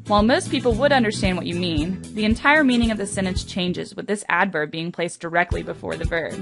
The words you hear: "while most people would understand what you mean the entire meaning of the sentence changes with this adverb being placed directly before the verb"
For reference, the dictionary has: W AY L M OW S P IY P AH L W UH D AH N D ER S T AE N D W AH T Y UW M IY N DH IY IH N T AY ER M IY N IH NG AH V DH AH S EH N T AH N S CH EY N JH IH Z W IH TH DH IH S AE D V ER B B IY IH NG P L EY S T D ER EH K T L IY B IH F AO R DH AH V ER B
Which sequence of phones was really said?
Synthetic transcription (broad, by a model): W AY L M OW S P IY P L W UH D AH N D ER S T AE N D W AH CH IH M IY N DH IY IH N T AY ER M IY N IH NG AH V DH AH S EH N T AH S CH EY N JH IH Z W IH DH IH S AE D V ER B B IY IH NG P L EY S D ER EH K T L IY B IH F AO R DH AH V ER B